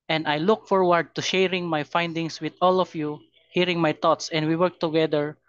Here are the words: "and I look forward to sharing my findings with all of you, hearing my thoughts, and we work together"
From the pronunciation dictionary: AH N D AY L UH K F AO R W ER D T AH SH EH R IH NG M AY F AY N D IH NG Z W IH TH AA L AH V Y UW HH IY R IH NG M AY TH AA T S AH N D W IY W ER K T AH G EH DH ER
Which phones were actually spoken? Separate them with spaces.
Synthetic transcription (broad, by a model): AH N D AY L UH K F AO R W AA D T AH SH EH R IH NG M AY F AY N D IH NG S W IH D AA L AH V Y UW HH IY R IH NG M AY T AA T S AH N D W IY W ER K T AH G EH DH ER